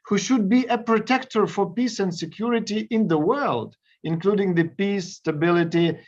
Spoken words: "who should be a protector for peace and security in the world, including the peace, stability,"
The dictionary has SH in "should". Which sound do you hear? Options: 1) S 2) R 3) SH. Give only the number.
3